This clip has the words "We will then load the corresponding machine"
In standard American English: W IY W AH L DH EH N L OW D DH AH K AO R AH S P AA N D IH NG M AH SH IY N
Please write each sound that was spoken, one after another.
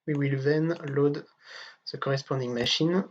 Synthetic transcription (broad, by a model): W IY W AH L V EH N L OW D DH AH K AO R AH S P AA D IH NG M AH SH IY N